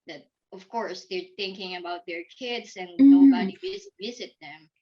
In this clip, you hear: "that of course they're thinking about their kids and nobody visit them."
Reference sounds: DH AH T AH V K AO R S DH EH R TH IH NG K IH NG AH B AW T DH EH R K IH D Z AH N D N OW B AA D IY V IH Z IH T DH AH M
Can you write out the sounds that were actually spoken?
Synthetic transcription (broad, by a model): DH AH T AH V K AO R S DH EH R TH IH NG K IH NG AH B AW T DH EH R K IH D Z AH N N OW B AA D IY V IH Z IH T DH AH M